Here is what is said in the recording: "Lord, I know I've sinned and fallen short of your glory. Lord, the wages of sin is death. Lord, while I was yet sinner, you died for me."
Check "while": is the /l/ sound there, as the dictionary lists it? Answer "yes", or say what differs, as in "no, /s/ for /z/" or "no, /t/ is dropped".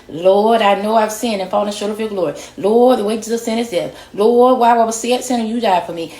no, /w/ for /l/